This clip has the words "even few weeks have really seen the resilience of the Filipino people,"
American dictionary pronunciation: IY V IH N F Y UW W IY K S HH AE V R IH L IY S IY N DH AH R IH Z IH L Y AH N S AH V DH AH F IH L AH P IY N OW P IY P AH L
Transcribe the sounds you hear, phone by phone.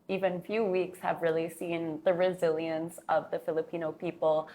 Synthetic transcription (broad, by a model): IY V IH N F Y UW W IY K S HH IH V R IH L IY S IY N DH AH R IH Z IH L Y AH N S AH V DH AH F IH L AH P IY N OW P IY P L